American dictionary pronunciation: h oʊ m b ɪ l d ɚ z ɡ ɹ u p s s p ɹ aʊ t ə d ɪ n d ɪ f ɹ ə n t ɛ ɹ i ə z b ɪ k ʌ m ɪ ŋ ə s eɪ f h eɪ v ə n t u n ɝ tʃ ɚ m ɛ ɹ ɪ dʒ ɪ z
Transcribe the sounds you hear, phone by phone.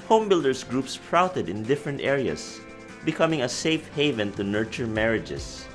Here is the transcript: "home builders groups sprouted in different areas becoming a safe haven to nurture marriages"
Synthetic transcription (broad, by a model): h oʊ m b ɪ l d ɚ s ɡ ɹ u p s s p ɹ aʊ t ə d ɪ n d ɪ f ɹ ə n t ɛ ɹ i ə s b ɪ k ʌ m ɪ ŋ ə s eɪ f h eɪ v ə n t u n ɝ tʃ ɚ m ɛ ɹ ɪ dʒ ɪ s